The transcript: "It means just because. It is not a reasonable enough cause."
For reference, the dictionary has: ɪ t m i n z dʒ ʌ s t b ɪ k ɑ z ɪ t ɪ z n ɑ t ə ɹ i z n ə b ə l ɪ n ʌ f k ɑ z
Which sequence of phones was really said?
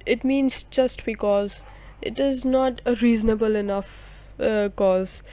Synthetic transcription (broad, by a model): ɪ t m i n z dʒ ʌ s t b ɪ k ɑ z ɪ t ɪ z n ɑ t ə ɹ i z n ə b ə l ɪ n ʌ f k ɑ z